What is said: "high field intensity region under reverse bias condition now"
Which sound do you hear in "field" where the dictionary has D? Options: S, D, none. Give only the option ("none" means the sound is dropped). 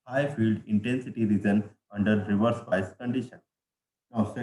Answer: D